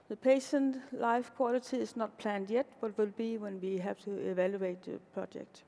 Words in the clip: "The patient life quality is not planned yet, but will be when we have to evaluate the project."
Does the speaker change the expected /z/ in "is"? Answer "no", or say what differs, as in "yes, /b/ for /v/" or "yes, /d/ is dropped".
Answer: yes, /s/ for /z/